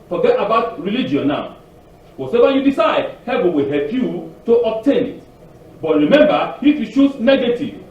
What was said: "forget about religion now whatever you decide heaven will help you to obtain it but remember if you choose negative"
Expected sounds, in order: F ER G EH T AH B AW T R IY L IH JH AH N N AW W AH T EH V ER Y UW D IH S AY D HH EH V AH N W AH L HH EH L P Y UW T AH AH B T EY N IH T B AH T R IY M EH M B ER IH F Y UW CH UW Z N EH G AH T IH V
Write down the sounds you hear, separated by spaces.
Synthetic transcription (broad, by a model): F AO G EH T AH B AW T R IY L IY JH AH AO N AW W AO S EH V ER Y UW D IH S AY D HH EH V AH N W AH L HH EH L P Y UW T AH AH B T EY N IH T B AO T R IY M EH M B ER IH F Y UW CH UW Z N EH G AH T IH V